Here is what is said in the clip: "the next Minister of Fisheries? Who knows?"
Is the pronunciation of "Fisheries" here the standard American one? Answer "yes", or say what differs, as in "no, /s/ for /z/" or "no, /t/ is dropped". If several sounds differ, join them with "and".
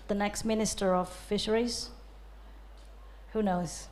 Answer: yes